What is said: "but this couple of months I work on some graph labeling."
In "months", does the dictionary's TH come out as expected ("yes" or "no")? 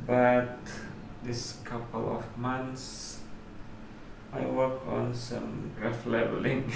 no